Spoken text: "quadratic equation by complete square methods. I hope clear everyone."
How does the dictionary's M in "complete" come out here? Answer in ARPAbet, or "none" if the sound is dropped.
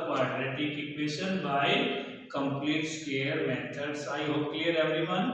M